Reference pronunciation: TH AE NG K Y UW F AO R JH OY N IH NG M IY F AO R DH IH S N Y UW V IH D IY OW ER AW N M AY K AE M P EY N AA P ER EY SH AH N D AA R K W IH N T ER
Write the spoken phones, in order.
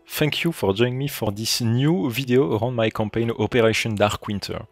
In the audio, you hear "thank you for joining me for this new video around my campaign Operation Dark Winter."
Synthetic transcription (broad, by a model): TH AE NG K Y UW F AO R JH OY IH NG M IY F AO R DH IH S N Y UW V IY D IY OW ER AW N M AY K AE M P EY N AA P ER EY SH AH N D AA R K W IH N T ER